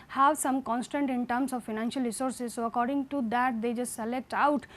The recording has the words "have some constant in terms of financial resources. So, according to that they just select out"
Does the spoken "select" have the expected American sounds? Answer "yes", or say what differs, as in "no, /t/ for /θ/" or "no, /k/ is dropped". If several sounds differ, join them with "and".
yes